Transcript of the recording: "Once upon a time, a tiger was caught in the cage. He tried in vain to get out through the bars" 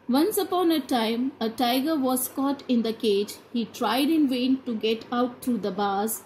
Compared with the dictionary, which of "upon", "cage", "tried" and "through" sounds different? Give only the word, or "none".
through